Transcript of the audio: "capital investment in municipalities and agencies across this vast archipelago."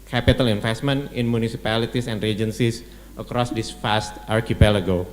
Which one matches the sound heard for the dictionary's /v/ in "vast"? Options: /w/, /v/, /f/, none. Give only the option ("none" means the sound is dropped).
/f/